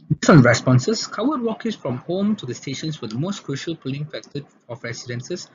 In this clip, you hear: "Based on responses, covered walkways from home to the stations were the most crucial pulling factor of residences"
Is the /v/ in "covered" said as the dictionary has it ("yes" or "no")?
no